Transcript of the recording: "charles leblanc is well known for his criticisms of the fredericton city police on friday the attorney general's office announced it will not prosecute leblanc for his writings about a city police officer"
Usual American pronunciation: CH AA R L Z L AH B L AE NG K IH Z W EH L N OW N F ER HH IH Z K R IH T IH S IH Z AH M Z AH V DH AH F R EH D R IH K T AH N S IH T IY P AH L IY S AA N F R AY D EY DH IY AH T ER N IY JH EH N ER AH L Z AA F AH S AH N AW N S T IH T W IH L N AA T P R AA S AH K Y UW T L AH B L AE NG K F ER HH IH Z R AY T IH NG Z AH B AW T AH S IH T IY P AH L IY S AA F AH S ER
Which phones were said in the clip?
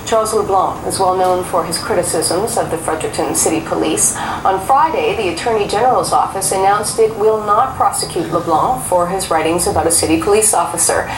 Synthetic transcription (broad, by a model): CH AA R L Z L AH B L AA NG IH Z W EH L N OW N F ER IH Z K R IH T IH S IH Z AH M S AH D DH AH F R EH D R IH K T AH N S IH T IY P AH L IY S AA N F R AY D EY DH IY AH T ER N IY JH EH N ER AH L Z AA F AH S AH N AW N S T IH T W IH L N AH T P R AA S AH K Y UW T L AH B L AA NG F ER IH Z R AY T IH NG Z AH B AW T AH S IH T IY P AH L IY S AA F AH S ER